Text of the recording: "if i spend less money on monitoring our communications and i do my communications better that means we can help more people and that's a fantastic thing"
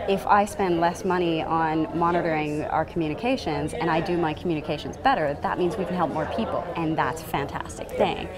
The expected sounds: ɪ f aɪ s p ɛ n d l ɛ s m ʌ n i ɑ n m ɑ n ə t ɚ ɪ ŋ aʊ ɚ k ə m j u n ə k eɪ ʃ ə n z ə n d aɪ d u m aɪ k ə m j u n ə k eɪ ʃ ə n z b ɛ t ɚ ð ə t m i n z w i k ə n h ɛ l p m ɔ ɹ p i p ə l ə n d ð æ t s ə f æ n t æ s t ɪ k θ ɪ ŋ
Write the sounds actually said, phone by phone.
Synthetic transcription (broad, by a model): ɪ f aɪ s p ɛ n d l ɛ s m ʌ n i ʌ n m ɑ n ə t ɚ ɪ ŋ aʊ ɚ k m j u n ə k eɪ ʃ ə n z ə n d aɪ d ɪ m aɪ k m j u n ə k eɪ ʃ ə n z b ɛ t ɚ ð ə t m i n z w i k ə n h ɛ l p m ɔ ɹ p i p l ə n ð æ t s f æ n t æ s t ɪ k θ ɪ ŋ